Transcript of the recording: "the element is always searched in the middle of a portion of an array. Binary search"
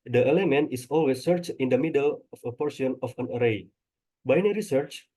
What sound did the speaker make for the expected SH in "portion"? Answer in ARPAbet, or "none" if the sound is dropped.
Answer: S